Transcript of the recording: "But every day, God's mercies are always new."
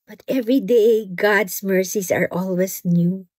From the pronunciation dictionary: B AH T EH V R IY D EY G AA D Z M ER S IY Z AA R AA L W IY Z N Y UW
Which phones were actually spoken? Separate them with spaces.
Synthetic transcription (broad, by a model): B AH T EH V R IY D EY G AA D S M ER S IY S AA R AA L W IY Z N Y UW